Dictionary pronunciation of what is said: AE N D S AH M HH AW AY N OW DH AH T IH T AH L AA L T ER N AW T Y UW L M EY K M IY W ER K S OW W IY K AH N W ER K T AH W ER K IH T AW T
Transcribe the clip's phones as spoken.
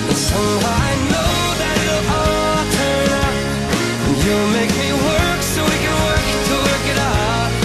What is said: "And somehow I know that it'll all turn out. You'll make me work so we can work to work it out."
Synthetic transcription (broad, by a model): S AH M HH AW AY N OW DH AH T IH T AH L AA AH T ER N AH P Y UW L M EY K M IY W ER K S OW W IY K AH N W ER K T AH W ER K IH T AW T